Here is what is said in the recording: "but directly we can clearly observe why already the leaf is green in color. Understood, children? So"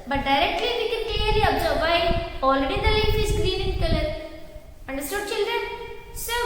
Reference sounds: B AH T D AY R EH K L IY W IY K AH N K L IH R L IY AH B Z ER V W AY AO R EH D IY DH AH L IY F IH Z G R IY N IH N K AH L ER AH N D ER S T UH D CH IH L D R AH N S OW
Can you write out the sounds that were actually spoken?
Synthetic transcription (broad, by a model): B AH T D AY R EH K L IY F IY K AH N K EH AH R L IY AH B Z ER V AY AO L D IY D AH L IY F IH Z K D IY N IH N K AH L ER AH N D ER S T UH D CH IH L D R AH N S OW